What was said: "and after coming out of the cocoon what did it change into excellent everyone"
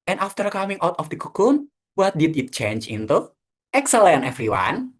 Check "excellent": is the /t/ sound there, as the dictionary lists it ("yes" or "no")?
no